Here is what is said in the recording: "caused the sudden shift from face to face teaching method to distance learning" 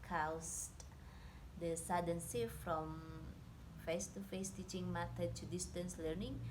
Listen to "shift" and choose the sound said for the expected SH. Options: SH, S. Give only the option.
S